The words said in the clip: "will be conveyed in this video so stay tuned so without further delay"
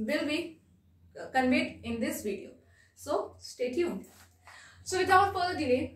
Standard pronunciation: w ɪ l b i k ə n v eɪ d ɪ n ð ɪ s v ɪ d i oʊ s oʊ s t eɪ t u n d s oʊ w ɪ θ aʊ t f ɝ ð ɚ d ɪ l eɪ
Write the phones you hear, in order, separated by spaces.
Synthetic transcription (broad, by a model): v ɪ l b i k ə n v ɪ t ɪ n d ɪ s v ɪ d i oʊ s oʊ s t eɪ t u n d s oʊ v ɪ t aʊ t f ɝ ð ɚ d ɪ l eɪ